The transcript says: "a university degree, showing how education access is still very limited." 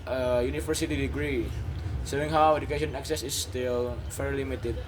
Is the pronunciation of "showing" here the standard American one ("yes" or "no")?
no